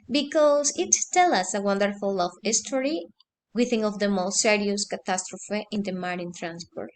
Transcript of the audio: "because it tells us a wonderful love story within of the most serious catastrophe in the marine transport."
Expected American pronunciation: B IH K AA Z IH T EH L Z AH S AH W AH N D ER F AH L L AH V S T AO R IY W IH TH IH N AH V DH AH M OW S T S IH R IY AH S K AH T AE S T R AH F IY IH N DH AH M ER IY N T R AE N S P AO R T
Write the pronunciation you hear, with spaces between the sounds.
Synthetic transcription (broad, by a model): B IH K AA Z IH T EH L AH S AH W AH N D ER F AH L L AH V S T AO R IY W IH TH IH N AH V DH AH M OW S T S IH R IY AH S K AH T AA S T R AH F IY IH N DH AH M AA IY N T R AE N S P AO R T